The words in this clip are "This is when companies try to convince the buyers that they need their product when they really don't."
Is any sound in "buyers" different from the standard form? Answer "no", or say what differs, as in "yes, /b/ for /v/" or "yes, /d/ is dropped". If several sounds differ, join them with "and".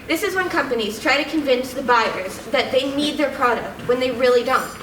no